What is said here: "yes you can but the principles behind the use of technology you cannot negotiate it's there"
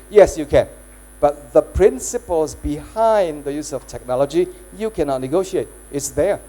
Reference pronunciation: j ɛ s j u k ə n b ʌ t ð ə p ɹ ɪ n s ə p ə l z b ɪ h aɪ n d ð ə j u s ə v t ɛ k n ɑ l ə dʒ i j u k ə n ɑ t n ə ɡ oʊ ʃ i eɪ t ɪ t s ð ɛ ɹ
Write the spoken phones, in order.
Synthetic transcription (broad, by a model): j ɛ s j u k ə n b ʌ t ð ə p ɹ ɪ n s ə p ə l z b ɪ h aɪ n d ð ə j u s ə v t ɛ k n ɑ l ə dʒ i j u k ə n ɑ t n ə ɡ oʊ ʃ i eɪ t ɪ t s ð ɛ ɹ